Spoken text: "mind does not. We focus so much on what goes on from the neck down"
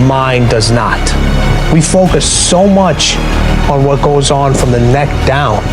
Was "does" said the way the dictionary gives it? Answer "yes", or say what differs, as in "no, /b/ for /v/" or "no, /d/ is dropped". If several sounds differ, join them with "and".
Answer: yes